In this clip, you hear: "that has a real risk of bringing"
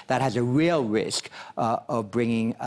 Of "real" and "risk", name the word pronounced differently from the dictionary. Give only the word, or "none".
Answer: none